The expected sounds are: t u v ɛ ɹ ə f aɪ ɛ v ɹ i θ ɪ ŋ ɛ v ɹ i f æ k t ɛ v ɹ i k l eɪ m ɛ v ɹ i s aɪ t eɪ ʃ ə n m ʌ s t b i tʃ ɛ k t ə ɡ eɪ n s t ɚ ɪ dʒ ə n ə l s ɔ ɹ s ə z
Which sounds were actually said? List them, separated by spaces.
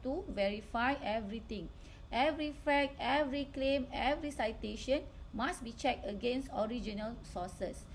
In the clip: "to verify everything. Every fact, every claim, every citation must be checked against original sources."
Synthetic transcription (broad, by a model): t u v ɛ ɹ ə f aɪ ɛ v ɹ i t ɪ ŋ ɛ v ɹ i f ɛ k ɛ v ɹ i k l eɪ m ɛ v ɹ i s aɪ t eɪ ʃ ə n m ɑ s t b i tʃ ɛ k t ə ɡ eɪ n s t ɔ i dʒ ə n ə l s ɔ s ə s